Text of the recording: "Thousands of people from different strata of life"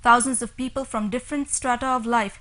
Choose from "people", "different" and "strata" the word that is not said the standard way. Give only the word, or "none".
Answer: none